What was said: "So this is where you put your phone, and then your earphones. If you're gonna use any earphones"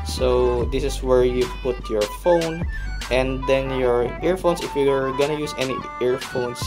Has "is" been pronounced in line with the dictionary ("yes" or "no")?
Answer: no